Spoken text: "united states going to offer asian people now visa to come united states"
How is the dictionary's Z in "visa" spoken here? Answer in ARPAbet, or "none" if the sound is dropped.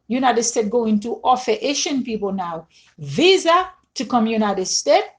Z